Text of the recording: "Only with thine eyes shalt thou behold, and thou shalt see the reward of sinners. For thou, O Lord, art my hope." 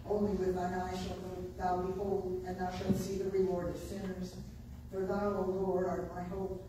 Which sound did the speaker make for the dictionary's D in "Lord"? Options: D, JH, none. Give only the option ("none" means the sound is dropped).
none